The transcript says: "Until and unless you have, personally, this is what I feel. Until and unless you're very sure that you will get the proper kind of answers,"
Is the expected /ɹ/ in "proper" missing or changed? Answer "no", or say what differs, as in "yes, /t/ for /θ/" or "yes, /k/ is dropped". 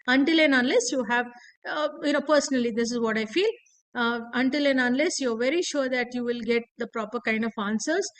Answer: no